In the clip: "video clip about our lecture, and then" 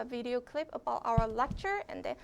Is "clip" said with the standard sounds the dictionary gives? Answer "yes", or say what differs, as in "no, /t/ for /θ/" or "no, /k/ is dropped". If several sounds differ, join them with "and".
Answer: yes